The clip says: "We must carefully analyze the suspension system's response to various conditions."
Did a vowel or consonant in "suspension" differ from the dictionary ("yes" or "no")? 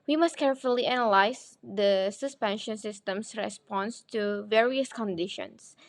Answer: no